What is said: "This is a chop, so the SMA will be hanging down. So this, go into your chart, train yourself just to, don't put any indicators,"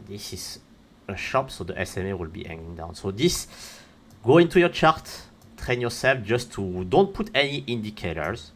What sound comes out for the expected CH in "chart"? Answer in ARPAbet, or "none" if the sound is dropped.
CH